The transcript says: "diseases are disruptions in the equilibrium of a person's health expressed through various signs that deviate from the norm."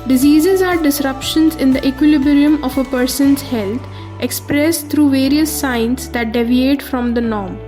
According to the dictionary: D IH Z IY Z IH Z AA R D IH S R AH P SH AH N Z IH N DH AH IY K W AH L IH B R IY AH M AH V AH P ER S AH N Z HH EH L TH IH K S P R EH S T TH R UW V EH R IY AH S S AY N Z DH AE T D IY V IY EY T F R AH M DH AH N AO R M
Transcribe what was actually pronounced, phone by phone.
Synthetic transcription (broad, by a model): D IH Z IY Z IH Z AA R D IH S R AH P SH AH N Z IH N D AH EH K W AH L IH B R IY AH M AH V AH P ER S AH N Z HH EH L T IH K S P R EH S T T R UW V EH R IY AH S S AY N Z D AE T D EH V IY EY T F R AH M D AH N AO R M